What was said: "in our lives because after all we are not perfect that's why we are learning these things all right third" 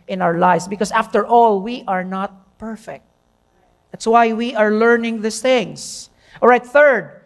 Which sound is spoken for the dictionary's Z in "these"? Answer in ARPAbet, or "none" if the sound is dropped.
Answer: S